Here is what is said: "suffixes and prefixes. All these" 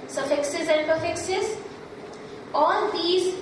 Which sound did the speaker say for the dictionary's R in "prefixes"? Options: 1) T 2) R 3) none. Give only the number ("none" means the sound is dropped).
3